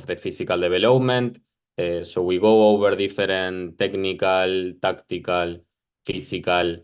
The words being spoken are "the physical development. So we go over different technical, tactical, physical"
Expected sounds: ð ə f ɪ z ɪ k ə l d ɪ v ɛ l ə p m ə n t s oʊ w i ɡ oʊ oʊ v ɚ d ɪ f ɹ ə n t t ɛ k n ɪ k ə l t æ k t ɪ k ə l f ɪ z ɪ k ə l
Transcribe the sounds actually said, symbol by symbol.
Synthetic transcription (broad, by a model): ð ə f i s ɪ k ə l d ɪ b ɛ l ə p m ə n t s oʊ w i ɡ oʊ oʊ b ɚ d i f ɹ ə n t t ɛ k n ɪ k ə l t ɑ k t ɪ k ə l f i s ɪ k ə l